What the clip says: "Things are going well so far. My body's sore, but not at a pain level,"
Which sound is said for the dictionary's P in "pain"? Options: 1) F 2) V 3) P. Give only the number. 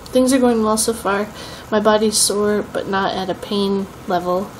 3